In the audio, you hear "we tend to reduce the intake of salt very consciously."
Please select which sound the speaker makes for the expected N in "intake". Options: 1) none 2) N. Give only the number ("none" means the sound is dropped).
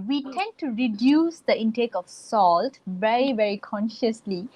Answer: 2